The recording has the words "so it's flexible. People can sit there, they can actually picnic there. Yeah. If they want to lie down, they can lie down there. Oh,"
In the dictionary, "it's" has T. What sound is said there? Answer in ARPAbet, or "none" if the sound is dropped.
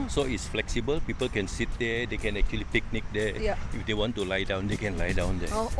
T